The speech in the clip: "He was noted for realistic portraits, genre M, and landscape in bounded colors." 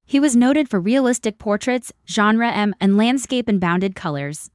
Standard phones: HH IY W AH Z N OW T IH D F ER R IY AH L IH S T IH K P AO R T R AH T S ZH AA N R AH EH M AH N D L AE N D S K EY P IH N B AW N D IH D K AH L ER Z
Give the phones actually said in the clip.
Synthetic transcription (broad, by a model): HH IY W AH Z N OW T IH D F ER R IY AH L IH S T IH K P AO R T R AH T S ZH AA N R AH EH M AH N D L AE N D S K EY P IH N B AW N D IH D K AH L ER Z